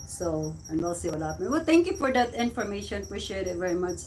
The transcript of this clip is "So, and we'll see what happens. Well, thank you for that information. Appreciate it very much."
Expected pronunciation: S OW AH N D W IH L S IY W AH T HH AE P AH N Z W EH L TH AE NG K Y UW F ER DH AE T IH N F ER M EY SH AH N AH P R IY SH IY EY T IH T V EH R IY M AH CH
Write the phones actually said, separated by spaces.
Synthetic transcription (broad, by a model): S OW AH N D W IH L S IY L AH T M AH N W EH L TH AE NG K Y UW F ER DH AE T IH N F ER M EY SH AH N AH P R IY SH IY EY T IH T V EH R IY M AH CH